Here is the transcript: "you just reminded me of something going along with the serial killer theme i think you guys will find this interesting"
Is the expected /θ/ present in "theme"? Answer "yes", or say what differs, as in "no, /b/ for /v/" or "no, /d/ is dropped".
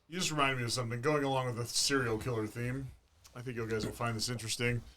yes